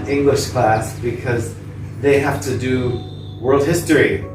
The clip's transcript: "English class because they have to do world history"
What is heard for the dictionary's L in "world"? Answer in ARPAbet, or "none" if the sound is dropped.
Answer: L